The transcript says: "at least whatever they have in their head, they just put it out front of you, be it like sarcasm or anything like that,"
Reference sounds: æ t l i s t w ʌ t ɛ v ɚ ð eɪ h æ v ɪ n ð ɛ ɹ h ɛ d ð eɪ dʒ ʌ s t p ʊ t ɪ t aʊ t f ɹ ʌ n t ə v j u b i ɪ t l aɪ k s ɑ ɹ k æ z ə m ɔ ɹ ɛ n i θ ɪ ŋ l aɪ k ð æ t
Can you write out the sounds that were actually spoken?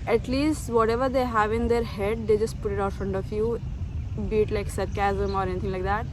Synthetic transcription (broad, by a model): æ t l i s t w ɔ t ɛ v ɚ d eɪ h æ v ɪ n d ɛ ɹ h ɛ d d eɪ dʒ ʌ s t p ʊ t ɪ t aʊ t f ɹ ʌ n t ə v j u b i t l aɪ k s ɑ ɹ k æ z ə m ɔ ɹ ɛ n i t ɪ ŋ l aɪ k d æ t